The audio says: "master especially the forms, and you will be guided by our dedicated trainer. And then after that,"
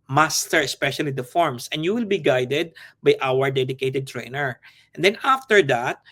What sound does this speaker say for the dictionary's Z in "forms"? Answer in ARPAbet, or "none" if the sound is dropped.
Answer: S